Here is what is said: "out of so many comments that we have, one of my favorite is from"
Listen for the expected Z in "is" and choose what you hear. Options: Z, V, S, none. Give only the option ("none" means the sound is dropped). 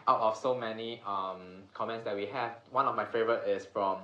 S